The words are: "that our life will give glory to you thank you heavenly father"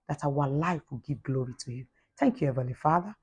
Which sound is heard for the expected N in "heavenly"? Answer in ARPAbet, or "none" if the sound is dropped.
none